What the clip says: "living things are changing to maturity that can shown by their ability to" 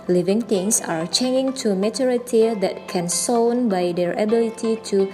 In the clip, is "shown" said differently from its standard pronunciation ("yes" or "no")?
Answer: yes